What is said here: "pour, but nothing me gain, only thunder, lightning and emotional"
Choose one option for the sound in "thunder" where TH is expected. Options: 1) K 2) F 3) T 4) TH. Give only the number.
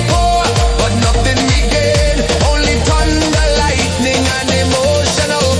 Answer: 3